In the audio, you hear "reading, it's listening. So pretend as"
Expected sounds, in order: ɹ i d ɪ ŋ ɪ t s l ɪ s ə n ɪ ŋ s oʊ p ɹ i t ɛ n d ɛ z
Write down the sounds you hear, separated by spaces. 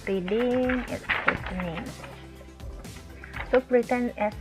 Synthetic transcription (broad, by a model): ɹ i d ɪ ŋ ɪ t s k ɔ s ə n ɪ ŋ s oʊ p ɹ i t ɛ n ɛ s